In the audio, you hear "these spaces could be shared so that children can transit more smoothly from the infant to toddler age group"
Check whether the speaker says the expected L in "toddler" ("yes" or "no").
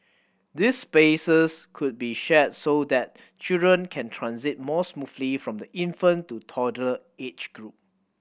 no